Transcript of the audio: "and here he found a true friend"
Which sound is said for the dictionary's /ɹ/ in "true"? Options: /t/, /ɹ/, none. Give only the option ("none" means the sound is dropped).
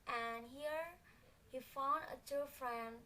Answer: none